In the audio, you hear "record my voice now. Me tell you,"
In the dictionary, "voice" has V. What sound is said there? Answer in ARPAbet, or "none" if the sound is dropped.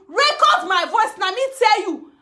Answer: V